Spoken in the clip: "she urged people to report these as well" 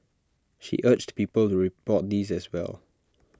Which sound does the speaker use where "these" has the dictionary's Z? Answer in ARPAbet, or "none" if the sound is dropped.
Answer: Z